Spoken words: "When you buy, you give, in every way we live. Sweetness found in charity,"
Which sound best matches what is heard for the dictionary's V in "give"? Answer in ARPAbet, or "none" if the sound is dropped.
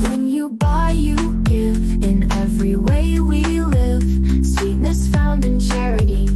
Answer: V